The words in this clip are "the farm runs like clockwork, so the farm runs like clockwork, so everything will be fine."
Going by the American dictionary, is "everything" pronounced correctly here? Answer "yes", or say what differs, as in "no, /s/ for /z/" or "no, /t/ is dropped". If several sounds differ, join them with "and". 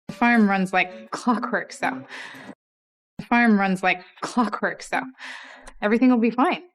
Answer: yes